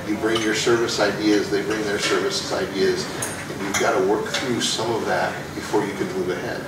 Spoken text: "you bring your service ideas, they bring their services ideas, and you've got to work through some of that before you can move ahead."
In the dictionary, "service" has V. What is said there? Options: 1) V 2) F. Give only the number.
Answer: 1